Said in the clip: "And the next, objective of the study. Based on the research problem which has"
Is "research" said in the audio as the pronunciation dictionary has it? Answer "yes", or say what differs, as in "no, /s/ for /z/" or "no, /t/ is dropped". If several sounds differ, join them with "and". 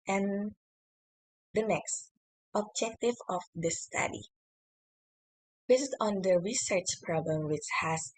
yes